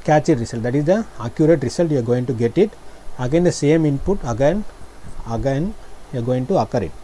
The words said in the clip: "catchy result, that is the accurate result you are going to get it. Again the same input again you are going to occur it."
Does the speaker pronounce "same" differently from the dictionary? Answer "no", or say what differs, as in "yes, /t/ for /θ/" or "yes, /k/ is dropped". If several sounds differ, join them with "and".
no